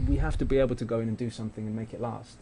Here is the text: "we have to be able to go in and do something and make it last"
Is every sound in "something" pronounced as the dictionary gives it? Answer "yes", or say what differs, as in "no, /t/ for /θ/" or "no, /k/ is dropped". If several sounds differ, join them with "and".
yes